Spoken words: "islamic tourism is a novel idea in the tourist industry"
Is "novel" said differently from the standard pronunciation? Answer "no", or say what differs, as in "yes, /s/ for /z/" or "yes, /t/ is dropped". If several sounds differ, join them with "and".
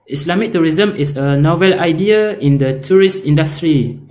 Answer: no